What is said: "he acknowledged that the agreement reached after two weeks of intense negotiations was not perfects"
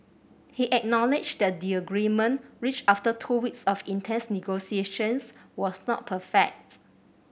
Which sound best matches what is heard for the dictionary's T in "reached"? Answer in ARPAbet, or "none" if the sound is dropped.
none